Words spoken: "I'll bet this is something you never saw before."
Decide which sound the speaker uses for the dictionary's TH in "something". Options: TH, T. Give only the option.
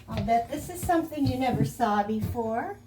TH